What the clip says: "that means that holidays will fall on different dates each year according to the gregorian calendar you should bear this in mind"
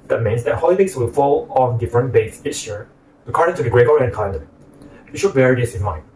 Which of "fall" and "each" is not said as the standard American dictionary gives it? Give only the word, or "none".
each